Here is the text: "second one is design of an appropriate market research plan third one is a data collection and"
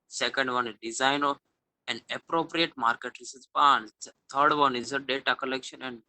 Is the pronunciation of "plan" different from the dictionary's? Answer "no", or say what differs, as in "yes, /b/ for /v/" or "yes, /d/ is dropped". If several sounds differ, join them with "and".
yes, /l/ is dropped